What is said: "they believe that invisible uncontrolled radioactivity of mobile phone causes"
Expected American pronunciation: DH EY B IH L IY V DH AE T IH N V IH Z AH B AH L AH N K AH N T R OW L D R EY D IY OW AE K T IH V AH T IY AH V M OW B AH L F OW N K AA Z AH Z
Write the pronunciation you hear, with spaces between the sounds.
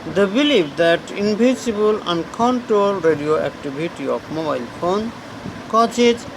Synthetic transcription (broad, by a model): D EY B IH L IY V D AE T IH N B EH S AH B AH L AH N K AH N T R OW L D R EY D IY OW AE K T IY B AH T IY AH F M OW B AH L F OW N K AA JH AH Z